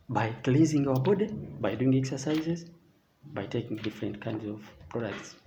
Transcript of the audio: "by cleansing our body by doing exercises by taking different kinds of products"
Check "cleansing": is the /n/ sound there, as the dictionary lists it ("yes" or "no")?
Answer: no